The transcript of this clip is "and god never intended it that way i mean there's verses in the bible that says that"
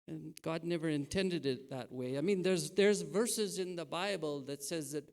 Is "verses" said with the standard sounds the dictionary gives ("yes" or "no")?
yes